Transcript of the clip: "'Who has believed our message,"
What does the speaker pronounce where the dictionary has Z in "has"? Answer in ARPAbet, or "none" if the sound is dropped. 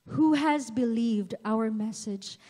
Z